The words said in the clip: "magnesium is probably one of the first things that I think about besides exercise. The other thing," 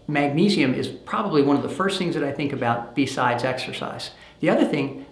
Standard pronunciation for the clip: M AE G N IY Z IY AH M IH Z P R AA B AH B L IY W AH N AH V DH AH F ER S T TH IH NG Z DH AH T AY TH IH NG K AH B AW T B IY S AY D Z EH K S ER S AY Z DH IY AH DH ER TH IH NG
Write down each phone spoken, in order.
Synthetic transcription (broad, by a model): M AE G N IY Z IY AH M IH Z P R AA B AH B L IY W AH N AH V DH AH F ER S T TH IH NG Z DH AH T AY TH IH NG K AH B AW T B IY S AY D Z EH K S ER S AY Z DH IY AH DH ER TH IH NG